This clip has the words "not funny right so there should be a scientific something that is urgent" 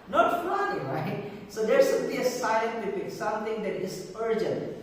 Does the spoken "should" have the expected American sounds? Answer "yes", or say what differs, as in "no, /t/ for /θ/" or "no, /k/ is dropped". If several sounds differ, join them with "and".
no, /s/ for /ʃ/